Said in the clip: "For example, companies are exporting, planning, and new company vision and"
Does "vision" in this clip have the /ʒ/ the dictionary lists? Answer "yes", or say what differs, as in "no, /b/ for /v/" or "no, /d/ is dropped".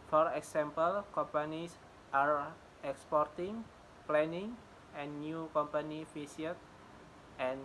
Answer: no, /s/ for /ʒ/